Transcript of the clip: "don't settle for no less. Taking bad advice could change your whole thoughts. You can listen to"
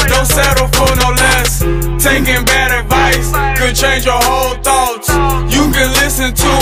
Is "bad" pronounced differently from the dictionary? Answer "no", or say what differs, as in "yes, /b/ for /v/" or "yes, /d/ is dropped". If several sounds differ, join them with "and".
no